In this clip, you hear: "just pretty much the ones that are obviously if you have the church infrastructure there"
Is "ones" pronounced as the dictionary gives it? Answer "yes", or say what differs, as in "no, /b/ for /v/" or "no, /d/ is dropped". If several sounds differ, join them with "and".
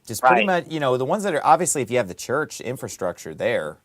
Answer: yes